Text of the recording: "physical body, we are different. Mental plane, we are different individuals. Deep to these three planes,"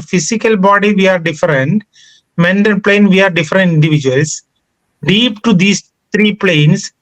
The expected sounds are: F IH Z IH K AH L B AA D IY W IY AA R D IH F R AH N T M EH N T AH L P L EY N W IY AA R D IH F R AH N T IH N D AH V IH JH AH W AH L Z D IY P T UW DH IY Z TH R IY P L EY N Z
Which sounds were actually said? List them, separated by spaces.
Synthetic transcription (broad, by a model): F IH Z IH K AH L B AA D IY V IY AA R D IH F R AH N T M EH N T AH N P L EY N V IY AA R D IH F R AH N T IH N D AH V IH JH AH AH L S D IY P T UW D IY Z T R IY P L EY N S